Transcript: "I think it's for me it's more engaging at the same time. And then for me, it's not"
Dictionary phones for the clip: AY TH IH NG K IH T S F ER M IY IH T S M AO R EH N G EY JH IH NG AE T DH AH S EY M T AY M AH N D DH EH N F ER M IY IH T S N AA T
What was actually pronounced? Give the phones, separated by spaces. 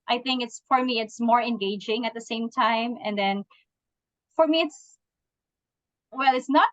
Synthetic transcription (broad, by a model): AY TH IH NG K IH T S F ER M IY IH T S M AO R EH N G EY JH IH NG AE T DH AH S EY M T AY M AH N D DH EH N F ER M IY IH T S N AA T